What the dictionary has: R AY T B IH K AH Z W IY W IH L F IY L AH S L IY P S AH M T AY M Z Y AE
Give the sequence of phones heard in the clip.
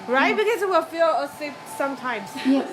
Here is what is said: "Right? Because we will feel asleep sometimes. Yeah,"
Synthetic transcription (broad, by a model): R AY T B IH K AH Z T W IH L F IY L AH S IY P S AH M T AY M Z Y